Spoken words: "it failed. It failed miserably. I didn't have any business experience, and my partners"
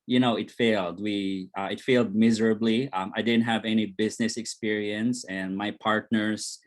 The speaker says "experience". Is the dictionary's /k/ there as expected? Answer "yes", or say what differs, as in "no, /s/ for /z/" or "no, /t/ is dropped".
yes